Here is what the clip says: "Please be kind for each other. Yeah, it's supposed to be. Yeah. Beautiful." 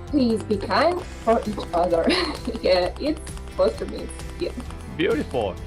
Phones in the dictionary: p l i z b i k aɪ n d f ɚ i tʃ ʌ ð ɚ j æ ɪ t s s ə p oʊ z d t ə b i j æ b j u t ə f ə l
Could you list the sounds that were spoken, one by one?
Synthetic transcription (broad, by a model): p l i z b i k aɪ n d f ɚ i tʃ ʌ ð ɚ j æ ɪ t s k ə ʊ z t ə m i j æ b j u t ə f l